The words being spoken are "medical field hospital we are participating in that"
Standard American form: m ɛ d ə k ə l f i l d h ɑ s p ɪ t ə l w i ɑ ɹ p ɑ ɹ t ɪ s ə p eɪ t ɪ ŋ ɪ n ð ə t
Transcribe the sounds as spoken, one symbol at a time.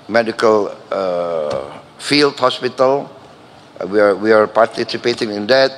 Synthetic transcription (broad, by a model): m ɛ d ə k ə l f i l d h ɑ s p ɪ t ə l w i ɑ w p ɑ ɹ t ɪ s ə p eɪ t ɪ ŋ ɪ n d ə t